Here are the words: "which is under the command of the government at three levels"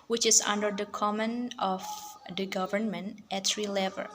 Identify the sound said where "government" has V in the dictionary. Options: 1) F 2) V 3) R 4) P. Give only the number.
2